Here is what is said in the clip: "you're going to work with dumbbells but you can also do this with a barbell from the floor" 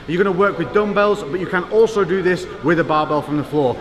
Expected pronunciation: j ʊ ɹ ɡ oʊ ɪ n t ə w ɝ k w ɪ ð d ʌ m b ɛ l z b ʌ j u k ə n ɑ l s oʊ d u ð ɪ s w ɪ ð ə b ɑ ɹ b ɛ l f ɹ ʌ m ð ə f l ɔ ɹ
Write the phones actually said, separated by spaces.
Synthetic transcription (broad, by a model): j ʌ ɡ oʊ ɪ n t ə w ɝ k w ɪ ð d ʌ m b ɛ l z b ʌ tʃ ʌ k ə n ɑ l s oʊ d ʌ ð ɪ s w ɪ ð ə b ɑ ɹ b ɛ l f ɹ ʌ m ð ə f l ɔ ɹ